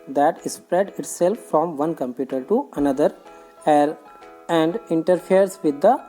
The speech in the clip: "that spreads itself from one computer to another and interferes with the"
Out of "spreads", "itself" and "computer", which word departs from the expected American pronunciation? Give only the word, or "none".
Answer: spreads